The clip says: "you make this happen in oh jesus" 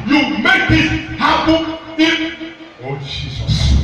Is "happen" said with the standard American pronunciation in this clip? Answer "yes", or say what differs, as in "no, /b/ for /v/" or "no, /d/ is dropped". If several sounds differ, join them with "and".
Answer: no, /b/ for /p/ and /n/ is dropped